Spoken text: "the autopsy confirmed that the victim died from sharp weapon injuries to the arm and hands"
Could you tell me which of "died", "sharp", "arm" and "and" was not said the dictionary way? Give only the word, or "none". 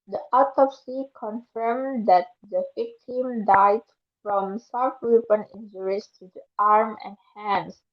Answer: sharp